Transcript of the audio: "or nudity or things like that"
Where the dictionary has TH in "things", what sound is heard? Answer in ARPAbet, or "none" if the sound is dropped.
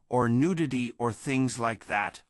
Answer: TH